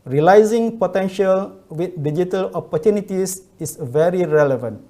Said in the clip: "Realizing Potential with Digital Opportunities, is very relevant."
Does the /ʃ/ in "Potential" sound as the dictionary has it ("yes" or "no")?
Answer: yes